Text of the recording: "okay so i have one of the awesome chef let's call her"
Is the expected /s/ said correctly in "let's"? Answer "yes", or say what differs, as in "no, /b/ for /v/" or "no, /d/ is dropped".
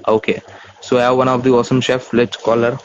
no, /s/ is dropped